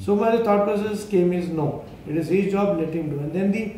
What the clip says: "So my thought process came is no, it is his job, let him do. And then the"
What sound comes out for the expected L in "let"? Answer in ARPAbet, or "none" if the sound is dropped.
N